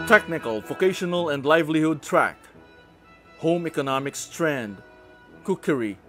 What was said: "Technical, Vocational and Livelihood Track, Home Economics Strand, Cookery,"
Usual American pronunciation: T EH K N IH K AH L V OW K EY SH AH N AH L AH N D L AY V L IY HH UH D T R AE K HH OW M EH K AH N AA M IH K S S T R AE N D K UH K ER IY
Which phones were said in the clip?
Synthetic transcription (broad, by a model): T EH K N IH K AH L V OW K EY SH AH N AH L AH N D L AY V L IY HH UH D T R AE K HH OW M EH K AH N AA M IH K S S T R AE N D K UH K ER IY